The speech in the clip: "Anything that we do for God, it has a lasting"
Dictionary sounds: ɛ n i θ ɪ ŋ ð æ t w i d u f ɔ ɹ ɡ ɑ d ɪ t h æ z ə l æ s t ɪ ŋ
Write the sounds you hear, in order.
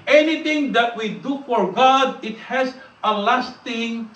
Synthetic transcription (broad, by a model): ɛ n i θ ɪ ŋ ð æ t w i d u f ɔ ɹ ɡ ɑ d ɪ t h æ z ə l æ s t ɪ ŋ